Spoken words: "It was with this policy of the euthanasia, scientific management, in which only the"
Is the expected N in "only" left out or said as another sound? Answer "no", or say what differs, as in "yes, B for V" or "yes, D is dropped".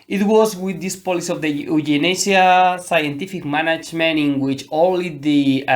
yes, N is dropped